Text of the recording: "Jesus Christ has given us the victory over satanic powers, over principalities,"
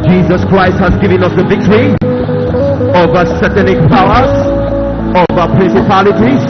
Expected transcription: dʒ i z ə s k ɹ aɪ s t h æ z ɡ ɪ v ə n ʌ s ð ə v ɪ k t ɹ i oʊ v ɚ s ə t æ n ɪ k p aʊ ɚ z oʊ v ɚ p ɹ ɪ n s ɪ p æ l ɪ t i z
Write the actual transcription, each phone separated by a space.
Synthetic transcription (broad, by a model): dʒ i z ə s k ɹ aɪ s t h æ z ɡ ɪ v ə n ʌ s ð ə v ɪ k t ɹ i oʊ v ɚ s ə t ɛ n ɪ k p aʊ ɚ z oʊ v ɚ p ɹ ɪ n s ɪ p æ l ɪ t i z